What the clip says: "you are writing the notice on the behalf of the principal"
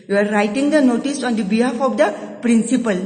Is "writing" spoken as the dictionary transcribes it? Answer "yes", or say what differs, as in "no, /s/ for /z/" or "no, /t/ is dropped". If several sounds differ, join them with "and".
yes